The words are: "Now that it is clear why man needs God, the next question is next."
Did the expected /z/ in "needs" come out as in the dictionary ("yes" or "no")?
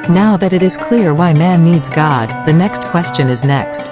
yes